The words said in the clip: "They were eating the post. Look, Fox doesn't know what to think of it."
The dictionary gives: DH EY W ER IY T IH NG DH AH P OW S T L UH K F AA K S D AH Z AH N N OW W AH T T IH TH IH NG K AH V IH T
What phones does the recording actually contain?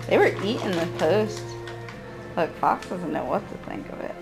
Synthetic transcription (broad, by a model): DH EY W ER IY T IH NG DH AH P OW S T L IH K F AA K S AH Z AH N N OW W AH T T IH TH IH NG K AH V IH T